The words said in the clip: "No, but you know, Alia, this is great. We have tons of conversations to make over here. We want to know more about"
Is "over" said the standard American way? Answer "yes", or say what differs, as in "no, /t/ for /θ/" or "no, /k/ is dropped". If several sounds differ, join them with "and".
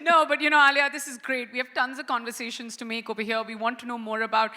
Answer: no, /p/ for /v/